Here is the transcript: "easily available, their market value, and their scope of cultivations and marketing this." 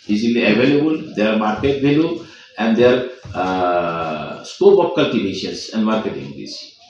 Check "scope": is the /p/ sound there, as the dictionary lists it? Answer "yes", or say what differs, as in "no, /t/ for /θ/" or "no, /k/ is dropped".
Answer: no, /b/ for /p/